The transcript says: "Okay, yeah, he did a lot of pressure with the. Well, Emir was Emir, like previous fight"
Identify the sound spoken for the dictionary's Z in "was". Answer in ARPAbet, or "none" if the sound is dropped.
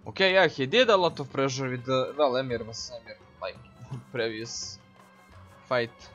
S